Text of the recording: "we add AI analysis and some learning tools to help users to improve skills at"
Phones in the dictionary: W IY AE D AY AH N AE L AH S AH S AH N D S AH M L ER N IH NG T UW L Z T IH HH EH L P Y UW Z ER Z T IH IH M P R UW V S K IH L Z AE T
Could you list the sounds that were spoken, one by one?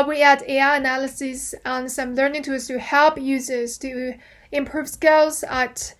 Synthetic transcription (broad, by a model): W IY AE D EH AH N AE L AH S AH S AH N S AH M L ER N IH NG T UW Z T IH HH EH L P Y UW Z ER Z T IH IH M P R UW V S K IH L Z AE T